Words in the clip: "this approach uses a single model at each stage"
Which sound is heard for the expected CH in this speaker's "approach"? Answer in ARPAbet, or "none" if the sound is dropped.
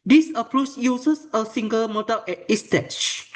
S